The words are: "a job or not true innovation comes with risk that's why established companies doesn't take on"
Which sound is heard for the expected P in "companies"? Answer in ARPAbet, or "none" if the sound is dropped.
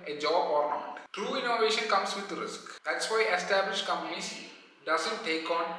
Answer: none